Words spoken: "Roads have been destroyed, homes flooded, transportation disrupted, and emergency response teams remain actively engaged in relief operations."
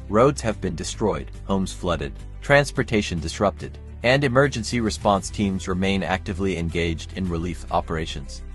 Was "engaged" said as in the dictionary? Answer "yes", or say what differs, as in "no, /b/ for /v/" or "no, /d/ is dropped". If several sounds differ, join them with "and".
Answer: yes